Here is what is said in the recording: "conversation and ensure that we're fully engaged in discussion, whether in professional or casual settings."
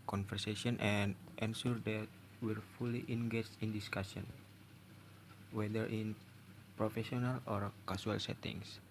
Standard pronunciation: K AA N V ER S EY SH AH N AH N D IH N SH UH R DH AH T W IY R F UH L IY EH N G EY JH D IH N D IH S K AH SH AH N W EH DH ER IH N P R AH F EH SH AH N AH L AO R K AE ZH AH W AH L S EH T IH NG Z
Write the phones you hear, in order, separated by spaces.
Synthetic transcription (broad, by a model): K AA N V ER S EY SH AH N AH N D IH N S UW R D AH T W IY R F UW L IY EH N G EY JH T IH N D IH S K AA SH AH N W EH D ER IH N P R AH F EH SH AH N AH L AO R K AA S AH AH L S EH T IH NG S